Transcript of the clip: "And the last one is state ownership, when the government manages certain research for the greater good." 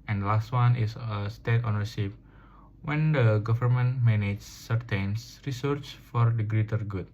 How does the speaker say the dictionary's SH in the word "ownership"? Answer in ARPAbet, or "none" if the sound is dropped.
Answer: S